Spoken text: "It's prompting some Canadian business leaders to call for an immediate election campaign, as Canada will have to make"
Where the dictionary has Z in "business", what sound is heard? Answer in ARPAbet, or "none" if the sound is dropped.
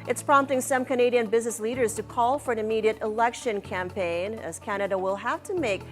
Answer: Z